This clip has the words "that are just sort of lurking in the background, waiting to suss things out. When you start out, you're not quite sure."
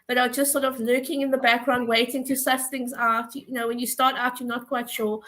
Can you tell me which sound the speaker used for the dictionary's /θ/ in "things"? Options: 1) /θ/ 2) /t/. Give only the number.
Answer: 1